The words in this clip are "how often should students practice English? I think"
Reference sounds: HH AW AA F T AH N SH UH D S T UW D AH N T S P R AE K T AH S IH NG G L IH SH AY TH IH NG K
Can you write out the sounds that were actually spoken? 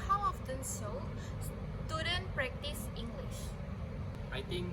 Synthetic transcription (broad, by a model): HH AW AA F T AH N S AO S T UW D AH N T P R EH K T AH S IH NG G L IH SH AY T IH NG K